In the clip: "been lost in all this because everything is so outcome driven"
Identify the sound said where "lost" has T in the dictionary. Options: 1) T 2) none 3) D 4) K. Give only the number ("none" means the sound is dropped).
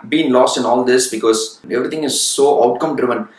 1